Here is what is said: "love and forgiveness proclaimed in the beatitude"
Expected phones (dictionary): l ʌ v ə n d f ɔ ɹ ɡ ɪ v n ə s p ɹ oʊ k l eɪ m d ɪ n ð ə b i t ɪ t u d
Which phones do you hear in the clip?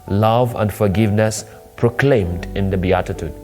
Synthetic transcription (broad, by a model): l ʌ v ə n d f ɔ ɹ ɡ ɪ v n ə s p ɹ oʊ k l eɪ m d ɪ n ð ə b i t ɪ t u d